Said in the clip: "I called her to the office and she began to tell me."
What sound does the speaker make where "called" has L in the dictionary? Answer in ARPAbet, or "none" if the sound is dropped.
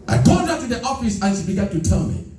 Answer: none